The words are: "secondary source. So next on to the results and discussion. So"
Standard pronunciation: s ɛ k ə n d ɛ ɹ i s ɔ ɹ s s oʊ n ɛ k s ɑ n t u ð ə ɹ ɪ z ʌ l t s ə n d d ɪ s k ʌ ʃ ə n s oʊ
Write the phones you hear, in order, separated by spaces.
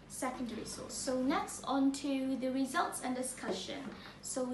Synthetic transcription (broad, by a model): s ɛ k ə n d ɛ ɹ i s ɔ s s oʊ n ɛ k s ɑ n t u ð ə ɹ ɪ z ʌ l t s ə n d d ɪ s k ʌ ʃ ə n s oʊ